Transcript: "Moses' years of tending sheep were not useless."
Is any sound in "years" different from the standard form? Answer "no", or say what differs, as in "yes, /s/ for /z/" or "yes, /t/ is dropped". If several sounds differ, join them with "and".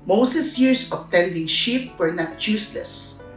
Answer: yes, /s/ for /z/